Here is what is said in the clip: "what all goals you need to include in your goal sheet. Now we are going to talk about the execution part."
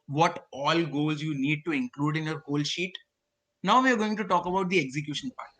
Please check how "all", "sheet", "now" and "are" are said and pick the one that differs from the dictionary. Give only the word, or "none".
none